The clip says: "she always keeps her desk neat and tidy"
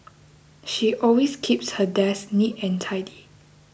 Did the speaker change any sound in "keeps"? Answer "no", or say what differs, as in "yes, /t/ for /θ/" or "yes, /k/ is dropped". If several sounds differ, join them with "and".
no